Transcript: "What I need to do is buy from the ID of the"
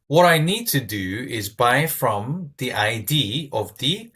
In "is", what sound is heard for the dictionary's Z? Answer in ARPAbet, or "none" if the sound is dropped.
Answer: Z